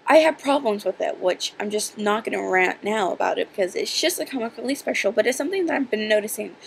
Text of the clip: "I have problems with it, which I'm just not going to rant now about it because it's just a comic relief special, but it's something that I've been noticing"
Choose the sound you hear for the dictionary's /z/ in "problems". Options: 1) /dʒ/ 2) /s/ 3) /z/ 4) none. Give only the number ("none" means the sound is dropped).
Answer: 3